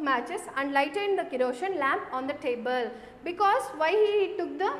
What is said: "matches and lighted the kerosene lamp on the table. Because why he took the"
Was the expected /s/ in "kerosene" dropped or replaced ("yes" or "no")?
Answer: yes